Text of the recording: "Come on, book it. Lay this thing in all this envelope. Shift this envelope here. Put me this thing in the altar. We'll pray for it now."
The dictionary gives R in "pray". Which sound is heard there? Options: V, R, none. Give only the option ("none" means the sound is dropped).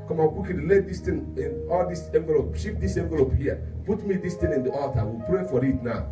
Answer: R